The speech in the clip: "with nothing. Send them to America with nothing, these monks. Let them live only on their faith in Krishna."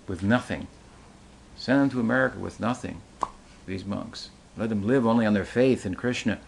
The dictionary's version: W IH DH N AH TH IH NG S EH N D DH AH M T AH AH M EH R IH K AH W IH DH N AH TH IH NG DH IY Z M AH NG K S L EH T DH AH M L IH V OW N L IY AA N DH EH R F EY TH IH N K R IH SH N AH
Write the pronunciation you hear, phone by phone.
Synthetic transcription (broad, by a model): W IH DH N AH TH IH NG S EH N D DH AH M T AH AH M EH R IH K AH W IH DH N AH TH IH NG DH IY Z M AH NG K S L EH T DH AH M L IH V OW N L IY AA N DH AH R F EY TH IH N K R IH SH N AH